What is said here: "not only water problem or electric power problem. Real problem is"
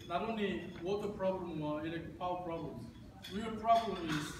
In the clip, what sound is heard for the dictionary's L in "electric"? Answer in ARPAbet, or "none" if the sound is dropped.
none